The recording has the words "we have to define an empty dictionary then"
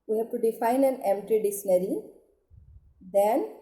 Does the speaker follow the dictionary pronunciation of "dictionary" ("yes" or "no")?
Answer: no